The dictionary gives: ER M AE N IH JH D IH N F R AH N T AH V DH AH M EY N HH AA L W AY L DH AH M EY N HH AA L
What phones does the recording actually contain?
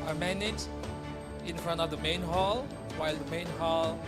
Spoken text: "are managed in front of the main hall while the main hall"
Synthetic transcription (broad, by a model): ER M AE N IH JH IH N F R AH N T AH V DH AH M EY N HH AA L W AY L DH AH M EY N HH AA L